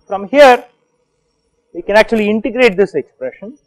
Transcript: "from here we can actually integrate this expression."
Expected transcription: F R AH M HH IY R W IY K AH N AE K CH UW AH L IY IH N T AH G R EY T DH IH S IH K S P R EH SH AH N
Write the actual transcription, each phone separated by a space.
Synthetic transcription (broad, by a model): F R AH M HH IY R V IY K AH N AE K CH UW AH L IY IH N T AH G R EY T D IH S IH K S P R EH SH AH N